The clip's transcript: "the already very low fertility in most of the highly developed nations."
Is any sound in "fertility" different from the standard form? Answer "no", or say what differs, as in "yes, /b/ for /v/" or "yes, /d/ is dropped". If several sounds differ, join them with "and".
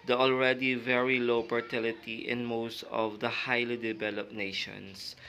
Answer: yes, /p/ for /f/